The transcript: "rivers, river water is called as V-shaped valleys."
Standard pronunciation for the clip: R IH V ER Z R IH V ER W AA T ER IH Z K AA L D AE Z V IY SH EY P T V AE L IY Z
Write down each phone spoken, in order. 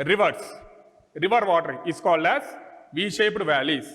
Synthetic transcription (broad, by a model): R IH V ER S R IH V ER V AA T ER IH S K AA L D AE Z V IY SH EY P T V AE L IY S